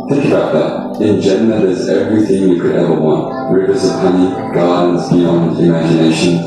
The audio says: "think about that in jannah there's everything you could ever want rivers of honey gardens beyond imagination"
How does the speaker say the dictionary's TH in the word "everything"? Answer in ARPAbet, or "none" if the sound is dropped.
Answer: TH